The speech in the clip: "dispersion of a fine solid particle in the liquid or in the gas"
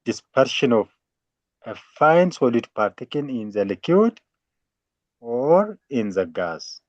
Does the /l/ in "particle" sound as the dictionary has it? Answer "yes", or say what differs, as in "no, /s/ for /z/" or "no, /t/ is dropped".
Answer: no, /n/ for /l/